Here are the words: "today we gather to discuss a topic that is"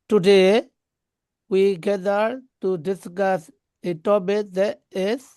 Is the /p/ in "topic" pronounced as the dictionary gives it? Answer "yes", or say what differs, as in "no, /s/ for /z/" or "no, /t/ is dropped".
no, /b/ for /p/